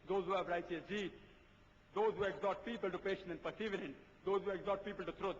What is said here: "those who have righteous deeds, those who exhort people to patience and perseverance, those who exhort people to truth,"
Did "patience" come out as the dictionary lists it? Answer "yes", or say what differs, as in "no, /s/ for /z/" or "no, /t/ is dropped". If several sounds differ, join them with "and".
no, /s/ is dropped